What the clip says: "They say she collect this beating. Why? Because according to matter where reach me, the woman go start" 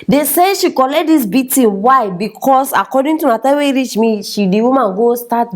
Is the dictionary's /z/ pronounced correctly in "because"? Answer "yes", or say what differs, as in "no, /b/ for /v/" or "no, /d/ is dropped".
no, /s/ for /z/